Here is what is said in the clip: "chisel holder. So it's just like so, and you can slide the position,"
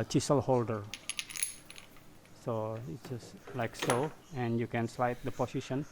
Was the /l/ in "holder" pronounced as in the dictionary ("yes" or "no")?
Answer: yes